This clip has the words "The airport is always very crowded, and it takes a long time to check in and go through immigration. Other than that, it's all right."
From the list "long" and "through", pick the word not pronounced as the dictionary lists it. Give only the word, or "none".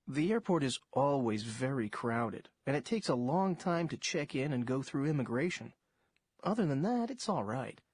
none